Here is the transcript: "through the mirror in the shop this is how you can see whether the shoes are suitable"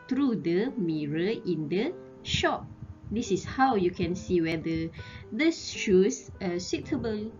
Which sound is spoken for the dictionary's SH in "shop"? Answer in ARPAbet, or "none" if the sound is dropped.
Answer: SH